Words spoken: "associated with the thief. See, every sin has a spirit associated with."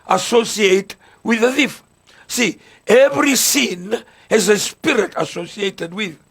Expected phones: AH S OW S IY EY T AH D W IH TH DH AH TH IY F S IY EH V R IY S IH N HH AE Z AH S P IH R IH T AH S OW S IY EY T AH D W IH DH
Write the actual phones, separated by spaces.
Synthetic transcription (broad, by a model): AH S OW S IY EY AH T W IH DH AH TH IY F S IY EH V R IY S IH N HH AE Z AH S P IH R IH T AH S OW S IY EY T AH D W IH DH